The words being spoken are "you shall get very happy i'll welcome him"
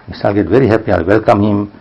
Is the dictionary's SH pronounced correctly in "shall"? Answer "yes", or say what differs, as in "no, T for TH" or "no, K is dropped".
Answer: no, S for SH